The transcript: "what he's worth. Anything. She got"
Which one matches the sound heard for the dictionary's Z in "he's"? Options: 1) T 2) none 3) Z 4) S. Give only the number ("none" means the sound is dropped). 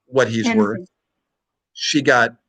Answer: 3